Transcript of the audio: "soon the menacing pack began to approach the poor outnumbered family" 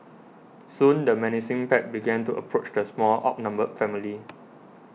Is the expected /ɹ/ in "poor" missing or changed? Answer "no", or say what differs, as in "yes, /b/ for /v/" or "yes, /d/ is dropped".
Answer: yes, /l/ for /ɹ/